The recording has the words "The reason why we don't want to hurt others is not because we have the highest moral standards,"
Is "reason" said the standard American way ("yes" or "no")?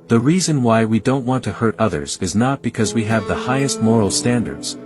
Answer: yes